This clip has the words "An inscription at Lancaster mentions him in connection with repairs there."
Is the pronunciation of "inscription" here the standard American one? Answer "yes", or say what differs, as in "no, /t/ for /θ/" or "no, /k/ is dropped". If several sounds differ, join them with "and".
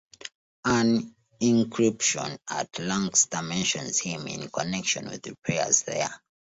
no, /s/ is dropped